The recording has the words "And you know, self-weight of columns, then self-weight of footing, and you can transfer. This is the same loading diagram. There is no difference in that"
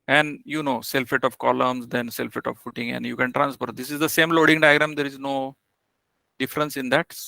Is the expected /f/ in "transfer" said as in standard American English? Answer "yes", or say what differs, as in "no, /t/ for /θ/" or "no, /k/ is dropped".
no, /p/ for /f/